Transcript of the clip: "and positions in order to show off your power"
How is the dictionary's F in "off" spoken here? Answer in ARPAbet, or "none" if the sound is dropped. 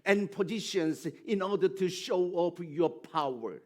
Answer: P